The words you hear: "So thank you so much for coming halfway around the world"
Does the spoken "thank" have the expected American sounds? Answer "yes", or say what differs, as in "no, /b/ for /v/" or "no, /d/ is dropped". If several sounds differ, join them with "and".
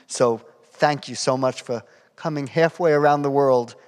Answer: yes